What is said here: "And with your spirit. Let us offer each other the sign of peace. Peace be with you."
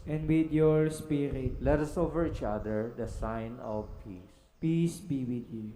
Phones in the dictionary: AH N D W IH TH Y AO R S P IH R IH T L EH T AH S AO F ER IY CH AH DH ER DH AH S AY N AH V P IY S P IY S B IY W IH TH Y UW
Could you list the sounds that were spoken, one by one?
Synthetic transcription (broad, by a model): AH N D W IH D Y AO R S P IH R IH T L EH T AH S AO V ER IY CH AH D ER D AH S AY N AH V P IY S P IY S B IY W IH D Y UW